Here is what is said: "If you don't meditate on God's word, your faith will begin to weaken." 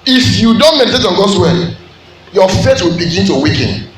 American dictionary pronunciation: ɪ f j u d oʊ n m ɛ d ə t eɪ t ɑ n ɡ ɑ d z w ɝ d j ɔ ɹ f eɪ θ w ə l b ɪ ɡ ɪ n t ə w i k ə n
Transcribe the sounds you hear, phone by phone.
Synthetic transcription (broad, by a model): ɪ f j u d oʊ n m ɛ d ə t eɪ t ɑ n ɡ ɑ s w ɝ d j ɔ f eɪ t w ə l b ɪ ɡ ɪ n t ə w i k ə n